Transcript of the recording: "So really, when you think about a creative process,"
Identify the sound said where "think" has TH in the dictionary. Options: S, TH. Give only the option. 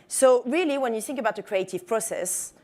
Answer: TH